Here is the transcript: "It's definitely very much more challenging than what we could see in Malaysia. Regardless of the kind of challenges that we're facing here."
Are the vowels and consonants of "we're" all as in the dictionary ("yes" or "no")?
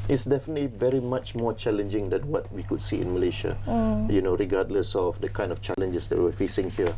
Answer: no